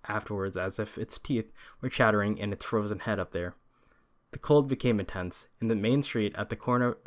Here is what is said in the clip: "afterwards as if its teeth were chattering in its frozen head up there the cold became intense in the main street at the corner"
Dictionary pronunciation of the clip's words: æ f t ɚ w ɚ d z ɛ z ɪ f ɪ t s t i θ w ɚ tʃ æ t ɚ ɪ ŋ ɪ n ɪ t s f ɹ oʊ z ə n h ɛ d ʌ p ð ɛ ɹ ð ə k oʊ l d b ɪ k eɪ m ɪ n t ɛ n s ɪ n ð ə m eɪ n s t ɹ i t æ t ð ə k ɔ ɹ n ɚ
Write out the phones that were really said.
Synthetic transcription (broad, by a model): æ f t ɚ w ɚ d z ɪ z ɪ f ɪ t s t i θ w ɚ tʃ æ t ɚ ɪ ŋ ɪ n ɪ t s f ɹ oʊ z ə n h ɛ d ʌ p ð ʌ ɹ ð ə k oʊ l d b ɪ k eɪ m ɪ n t ɛ n s ɪ n ð ə m eɪ n s t ɹ i t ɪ t ð ə k ɔ ɹ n ɚ